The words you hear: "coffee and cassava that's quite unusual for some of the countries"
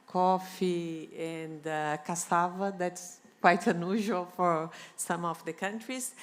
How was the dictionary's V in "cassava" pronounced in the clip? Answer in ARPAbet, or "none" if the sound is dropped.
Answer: V